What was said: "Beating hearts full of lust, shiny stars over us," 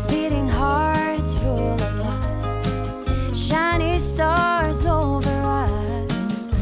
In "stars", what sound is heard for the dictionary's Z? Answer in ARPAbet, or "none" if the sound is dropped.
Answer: Z